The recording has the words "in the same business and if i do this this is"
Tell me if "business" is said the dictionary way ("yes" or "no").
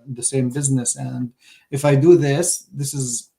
yes